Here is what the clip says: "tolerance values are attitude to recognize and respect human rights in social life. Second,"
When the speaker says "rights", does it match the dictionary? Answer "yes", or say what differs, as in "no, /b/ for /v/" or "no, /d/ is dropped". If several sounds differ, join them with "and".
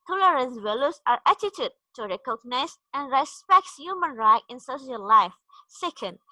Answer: no, /s/ is dropped